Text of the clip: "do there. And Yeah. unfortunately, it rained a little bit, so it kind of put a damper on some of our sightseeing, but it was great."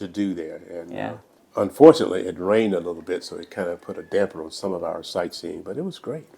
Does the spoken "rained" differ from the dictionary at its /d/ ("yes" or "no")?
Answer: no